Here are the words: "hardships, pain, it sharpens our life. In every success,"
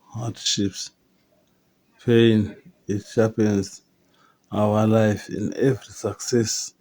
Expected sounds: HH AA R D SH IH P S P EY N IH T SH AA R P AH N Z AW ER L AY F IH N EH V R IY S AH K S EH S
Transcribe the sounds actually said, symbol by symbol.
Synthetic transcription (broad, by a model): HH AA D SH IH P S P EY N IH T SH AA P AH N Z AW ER L AY F IH N EH V R IY S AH K S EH S